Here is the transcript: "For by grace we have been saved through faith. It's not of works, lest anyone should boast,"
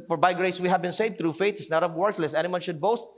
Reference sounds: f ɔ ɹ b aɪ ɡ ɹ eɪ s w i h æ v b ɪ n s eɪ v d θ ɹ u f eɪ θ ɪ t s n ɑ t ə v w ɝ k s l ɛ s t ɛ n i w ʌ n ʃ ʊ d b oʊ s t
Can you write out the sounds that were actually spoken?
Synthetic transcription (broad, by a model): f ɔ ɹ b aɪ ɡ ɹ eɪ s w i h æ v b ɪ n s eɪ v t ɹ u f eɪ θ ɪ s n ɑ t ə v w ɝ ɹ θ l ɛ s ɛ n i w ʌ n ʃ ʊ d b oʊ s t